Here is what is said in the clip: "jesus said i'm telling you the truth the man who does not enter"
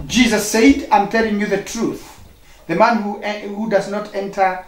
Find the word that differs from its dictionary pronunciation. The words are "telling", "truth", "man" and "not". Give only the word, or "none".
none